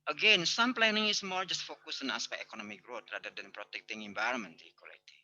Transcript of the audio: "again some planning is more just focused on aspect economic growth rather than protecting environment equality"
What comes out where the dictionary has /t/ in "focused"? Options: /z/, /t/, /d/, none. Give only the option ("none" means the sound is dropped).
none